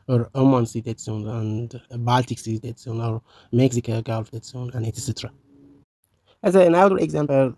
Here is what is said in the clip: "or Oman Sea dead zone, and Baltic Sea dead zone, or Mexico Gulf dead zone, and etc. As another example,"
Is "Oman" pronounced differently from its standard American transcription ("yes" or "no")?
no